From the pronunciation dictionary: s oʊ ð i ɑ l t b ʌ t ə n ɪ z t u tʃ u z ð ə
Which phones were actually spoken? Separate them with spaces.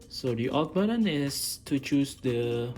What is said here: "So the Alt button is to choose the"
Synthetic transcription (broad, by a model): s oʊ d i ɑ t b ʌ t ə n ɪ s t u tʃ u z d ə